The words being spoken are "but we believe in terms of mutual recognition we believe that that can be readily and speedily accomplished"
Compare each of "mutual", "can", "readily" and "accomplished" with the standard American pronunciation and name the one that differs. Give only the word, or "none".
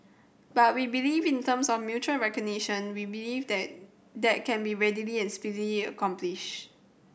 accomplished